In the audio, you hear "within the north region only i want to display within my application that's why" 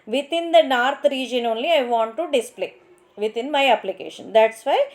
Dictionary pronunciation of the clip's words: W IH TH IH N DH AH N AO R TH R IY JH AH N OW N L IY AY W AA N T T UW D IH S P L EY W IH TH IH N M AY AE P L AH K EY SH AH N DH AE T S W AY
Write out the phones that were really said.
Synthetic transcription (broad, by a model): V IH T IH N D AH N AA R T R IY JH AH N OW N L IY AY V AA N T T UW D IH S P L EY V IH T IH N M AY AE P L AH K EY SH AH N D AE T S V AY